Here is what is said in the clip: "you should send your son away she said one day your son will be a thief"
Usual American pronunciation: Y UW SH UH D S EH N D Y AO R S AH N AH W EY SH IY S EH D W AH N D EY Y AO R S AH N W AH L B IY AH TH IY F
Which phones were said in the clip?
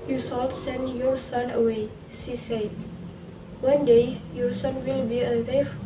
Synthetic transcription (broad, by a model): Y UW S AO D S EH N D Y AO R S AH N AH W EY S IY S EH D W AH N D EY Y AO R S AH N W AH L B IY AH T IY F